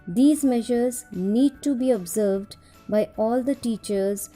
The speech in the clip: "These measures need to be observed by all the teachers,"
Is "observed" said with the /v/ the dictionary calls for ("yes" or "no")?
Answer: yes